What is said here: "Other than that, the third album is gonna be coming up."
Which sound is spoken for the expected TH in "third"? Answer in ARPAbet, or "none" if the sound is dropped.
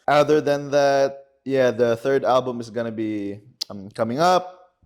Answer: TH